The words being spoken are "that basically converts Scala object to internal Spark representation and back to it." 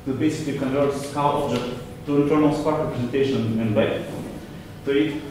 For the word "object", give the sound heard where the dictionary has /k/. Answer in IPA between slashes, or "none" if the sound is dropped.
none